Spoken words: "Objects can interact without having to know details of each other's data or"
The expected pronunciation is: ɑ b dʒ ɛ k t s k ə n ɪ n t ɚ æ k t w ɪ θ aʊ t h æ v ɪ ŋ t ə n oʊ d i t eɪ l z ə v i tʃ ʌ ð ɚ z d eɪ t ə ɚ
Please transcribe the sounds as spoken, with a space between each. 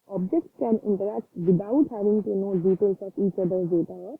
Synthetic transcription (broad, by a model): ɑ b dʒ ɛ k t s k ə n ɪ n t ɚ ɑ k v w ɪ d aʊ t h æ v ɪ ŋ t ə n oʊ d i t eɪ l s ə f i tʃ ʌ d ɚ d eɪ t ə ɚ